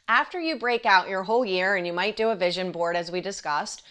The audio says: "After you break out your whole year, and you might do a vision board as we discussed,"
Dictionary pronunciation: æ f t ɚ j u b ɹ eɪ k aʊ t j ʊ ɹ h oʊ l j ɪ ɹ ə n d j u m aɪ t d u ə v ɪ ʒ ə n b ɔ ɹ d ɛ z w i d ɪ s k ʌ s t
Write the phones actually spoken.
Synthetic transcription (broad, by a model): æ f t ɚ j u b ɹ eɪ k aʊ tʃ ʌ ɹ h oʊ l j ɪ ɹ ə n j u m aɪ t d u ə v ɪ ʒ ə n b ɔ ɹ d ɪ z w i d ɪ s k ʌ s t